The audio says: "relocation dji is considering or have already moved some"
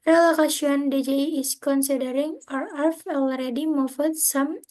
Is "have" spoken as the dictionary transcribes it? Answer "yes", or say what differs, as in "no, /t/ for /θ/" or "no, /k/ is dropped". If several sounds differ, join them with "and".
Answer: no, /f/ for /v/